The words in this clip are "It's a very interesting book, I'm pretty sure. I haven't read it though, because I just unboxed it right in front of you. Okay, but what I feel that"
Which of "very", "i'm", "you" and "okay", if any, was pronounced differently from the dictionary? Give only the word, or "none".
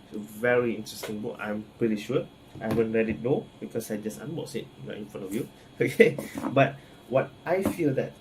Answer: none